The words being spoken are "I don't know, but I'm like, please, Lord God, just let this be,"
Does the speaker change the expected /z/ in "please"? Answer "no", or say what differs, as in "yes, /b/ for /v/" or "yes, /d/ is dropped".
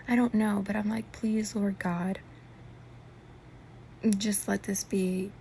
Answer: no